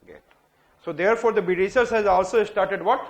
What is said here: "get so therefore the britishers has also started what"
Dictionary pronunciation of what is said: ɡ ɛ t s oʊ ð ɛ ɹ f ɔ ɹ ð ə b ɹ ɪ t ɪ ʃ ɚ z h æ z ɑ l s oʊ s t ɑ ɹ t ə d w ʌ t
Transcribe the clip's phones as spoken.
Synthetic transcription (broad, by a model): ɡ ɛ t s oʊ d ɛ ɹ f ɔ ɹ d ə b ɪ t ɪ s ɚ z h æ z ɑ l s oʊ s t ɑ ɹ t ə d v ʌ t